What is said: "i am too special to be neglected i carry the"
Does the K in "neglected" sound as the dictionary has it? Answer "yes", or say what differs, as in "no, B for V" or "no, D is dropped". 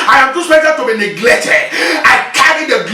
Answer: yes